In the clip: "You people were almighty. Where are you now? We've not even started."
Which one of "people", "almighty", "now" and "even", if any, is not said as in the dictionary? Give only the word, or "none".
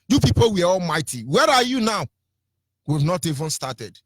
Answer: none